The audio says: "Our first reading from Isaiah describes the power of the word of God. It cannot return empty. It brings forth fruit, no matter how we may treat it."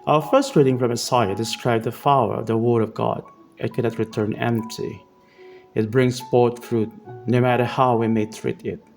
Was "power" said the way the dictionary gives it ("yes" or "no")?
no